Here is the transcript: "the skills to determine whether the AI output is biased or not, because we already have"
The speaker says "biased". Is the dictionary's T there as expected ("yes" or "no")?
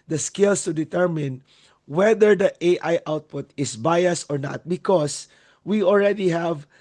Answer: no